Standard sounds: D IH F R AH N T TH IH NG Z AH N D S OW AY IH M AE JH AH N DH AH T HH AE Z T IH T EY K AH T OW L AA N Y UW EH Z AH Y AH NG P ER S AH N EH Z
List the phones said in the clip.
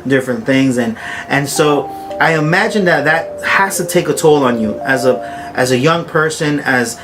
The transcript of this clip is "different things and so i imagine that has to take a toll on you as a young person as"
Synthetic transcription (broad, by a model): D IH F R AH N TH IH NG Z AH N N S OW AY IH M AE JH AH N DH AH T HH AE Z T IH T EY K AH T OW L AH N Y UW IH Z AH Y AH NG P ER S AH N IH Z